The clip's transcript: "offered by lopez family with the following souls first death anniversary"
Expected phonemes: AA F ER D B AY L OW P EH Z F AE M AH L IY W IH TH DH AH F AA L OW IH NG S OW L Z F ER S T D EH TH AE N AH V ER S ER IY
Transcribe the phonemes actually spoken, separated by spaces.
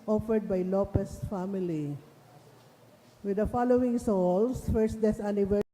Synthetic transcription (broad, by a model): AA F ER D B AY L OW P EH S F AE M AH L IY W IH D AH F AA L OW IH NG S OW L S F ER S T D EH S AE N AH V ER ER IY